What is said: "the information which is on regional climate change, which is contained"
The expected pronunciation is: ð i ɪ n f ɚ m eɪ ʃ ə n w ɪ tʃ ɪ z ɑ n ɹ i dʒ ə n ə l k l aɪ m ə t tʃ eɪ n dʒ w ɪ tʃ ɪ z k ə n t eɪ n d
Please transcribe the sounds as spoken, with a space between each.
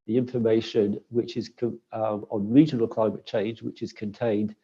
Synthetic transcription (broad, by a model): ð i ɪ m f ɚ m eɪ ʃ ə n w ɪ tʃ ɪ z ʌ n ɹ i dʒ ə n ə l k l aɪ m ə t tʃ eɪ n dʒ w ɪ tʃ ɪ z k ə n t eɪ n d